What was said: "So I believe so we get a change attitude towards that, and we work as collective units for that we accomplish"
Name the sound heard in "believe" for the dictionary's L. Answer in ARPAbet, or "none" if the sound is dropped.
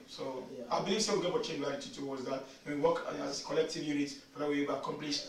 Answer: none